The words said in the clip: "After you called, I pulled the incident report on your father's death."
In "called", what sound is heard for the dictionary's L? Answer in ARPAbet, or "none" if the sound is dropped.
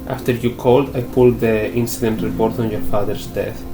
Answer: L